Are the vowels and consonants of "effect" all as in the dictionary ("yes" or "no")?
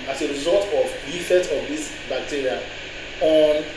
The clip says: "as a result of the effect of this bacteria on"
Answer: no